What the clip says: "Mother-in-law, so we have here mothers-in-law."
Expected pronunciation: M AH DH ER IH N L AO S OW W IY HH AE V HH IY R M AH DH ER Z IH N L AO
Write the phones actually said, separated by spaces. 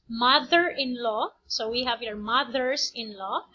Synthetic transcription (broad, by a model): M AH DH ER IH N L AO S OW W IY HH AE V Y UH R M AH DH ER S IH N L AO